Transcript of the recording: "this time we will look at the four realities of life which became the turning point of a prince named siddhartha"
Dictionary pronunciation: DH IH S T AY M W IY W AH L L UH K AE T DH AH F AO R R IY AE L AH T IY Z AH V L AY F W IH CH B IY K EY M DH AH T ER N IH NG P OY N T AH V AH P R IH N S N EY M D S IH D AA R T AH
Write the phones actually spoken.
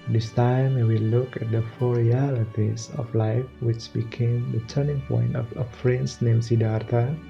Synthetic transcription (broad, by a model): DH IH S T AY M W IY W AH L L UH K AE T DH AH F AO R R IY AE L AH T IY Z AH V L AY F W IH CH B IY K EY M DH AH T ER N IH NG P OY N T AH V AH F R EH N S N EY M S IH D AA R T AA